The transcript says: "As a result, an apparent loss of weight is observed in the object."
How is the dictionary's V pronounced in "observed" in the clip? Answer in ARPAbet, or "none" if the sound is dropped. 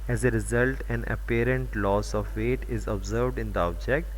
V